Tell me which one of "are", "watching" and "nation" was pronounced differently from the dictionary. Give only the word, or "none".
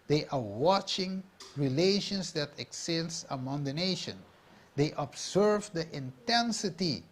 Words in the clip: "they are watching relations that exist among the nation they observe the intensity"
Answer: none